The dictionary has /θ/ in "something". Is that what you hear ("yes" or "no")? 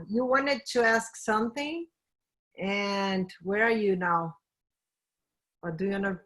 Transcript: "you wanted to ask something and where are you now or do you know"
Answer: yes